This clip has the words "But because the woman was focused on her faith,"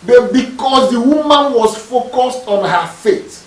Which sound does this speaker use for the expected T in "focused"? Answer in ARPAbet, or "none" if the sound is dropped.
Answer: T